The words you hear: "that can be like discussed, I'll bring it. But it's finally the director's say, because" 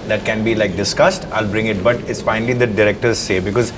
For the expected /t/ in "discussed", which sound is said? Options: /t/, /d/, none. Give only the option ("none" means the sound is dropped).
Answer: /t/